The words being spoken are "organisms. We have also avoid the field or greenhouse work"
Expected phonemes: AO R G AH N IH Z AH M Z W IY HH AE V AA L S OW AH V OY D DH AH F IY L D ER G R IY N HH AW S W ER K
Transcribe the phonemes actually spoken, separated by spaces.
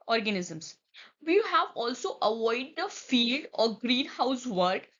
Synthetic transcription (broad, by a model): AO R G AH N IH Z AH M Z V IY HH AE V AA L S OW AH V OY D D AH F IY L D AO G R IY N HH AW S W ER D